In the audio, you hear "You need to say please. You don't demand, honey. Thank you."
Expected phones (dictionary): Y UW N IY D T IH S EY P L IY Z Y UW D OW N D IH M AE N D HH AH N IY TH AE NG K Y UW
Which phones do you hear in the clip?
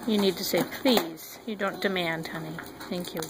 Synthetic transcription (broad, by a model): Y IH N IY D T IH S EY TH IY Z Y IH D OW N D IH M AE N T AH N IY TH AE NG K Y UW